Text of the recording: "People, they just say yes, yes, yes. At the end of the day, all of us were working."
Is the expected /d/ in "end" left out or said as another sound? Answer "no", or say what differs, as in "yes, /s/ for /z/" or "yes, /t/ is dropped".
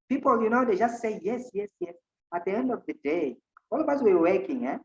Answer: no